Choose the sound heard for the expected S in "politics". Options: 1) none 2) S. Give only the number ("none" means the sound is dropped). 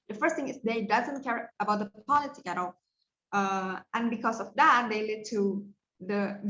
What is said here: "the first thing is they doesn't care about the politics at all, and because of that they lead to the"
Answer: 1